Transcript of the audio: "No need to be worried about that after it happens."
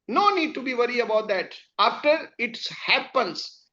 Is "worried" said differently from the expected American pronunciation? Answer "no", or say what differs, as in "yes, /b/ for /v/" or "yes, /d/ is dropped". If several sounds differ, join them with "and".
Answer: yes, /d/ is dropped